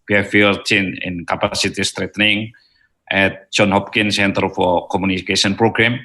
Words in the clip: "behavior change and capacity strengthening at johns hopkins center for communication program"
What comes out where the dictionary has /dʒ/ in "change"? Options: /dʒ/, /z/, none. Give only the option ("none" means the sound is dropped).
none